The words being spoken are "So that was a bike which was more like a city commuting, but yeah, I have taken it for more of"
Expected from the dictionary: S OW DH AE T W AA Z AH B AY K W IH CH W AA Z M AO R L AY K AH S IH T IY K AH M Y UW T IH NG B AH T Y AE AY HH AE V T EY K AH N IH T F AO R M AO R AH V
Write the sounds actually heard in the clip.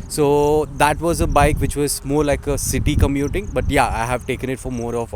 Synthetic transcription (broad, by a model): S OW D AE T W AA Z AH B AY K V IH CH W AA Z M AO R L AY K AH S IH T IY K AH M Y UW T IH NG B AH T Y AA AY HH AE V T EY K AH N IH T F AO R M AO R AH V